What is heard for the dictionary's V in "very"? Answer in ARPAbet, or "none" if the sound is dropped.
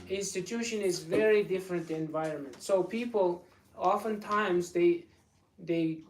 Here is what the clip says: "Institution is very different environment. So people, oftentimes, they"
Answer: V